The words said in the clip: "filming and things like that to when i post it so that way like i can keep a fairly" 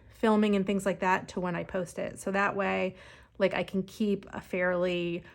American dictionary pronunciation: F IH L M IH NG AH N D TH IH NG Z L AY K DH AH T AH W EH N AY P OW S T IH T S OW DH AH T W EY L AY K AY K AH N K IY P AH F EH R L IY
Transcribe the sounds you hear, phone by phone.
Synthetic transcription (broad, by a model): F IH L M IH NG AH N TH IH NG Z L AY K DH AH T AH W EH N AY P OW S T IH T S OW DH AH T W EY L AY K AY K N K IY P AH F EH R L IY